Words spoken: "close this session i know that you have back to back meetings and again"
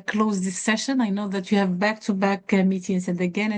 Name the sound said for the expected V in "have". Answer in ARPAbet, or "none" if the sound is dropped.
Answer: V